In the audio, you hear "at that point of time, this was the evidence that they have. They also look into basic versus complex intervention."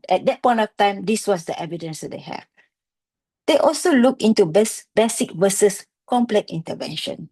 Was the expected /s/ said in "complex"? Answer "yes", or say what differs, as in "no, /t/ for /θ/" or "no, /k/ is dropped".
no, /s/ is dropped